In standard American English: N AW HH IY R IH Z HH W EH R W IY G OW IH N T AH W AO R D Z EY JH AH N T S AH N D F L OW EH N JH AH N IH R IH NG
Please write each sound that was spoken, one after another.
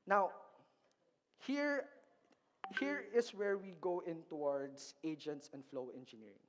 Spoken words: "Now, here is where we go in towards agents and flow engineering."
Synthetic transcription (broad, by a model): N AW HH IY R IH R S W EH R W IY G OW IH N T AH W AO R D S EY JH AH N T S AH N D F L OW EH N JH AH N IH R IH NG